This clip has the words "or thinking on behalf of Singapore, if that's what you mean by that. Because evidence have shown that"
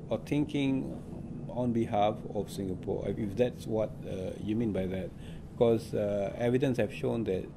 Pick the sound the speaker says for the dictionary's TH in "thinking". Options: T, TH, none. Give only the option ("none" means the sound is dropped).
T